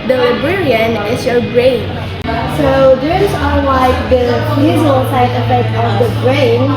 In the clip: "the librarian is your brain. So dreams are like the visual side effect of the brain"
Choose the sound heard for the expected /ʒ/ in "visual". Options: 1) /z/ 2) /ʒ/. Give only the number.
1